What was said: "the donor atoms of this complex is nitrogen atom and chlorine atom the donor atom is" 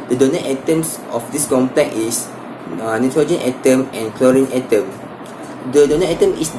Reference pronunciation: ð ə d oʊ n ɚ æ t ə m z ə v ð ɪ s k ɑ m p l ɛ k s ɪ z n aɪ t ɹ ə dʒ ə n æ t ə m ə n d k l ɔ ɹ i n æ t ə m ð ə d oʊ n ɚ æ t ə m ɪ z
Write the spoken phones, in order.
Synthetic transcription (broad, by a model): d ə d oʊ n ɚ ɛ t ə m s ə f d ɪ s k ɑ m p l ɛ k ɪ s n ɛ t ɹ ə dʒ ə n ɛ t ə m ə n k l ɔ ɹ i n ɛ t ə m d ə d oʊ n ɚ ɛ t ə m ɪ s